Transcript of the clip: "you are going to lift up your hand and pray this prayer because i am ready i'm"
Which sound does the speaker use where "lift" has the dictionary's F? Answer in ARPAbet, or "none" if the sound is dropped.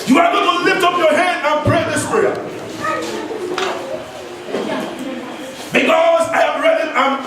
F